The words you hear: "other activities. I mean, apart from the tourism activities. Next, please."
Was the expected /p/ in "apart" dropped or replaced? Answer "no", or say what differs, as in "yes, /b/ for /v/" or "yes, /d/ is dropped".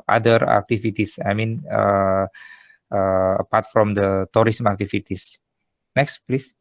no